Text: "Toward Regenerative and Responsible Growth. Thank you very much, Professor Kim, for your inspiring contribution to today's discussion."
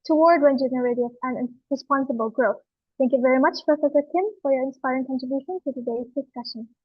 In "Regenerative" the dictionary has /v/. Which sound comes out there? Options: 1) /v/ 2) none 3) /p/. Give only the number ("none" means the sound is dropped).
3